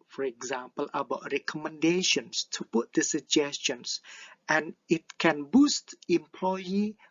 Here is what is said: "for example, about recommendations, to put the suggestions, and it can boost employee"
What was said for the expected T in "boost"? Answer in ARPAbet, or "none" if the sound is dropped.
T